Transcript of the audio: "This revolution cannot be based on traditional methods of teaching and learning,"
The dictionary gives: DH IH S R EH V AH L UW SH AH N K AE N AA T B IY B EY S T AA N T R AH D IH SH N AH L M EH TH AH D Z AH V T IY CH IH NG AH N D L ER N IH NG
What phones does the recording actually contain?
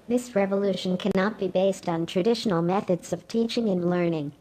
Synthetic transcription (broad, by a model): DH IH S R EH V AH L UW SH AH N K AE N AA T B IY B EY S T N T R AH D IH SH N L M EH TH AH D Z AH V T IY CH IH NG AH N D L ER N IH NG